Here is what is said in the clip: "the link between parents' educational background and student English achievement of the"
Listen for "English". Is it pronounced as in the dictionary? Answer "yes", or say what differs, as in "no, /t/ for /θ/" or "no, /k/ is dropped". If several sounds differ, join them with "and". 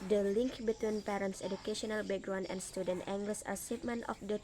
no, /s/ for /ʃ/